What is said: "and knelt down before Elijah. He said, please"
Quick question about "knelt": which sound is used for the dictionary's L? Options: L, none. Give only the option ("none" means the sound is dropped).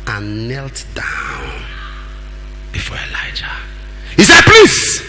L